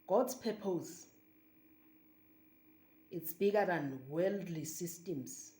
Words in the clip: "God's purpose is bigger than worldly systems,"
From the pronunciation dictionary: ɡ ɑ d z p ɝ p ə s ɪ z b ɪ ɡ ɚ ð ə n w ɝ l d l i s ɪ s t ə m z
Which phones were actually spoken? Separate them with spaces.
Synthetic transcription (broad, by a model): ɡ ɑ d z p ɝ p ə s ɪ s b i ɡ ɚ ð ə n w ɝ l d l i s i s t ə m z